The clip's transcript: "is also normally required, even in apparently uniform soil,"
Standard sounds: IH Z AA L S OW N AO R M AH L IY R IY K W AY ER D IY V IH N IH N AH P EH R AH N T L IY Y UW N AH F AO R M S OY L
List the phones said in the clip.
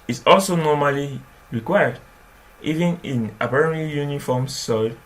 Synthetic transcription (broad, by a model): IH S AA L S OW N AO M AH L IY R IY K W AY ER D IY V IH N IH N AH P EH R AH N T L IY Y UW N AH F AO M S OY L